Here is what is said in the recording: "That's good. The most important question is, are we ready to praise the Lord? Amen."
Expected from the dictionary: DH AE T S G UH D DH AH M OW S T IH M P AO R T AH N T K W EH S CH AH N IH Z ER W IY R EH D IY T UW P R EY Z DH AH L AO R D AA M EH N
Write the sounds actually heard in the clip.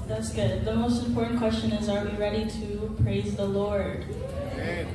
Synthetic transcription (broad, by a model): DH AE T S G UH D DH AH M OW S T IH M P AO R T N K W EH S CH AH N IH Z ER W IY R EH D IY T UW P R EY Z DH AH L AO R D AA